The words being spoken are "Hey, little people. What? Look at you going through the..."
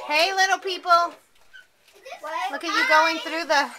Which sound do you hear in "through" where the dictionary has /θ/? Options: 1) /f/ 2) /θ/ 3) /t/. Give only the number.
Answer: 2